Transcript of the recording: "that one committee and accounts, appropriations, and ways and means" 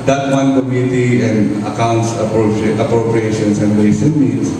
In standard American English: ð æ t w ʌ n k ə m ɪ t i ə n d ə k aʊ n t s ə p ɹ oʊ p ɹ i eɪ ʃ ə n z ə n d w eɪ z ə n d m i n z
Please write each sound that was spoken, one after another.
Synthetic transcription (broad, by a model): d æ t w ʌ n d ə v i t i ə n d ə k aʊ n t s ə p ɹ oʊ p ɹ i eɪ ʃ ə n s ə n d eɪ s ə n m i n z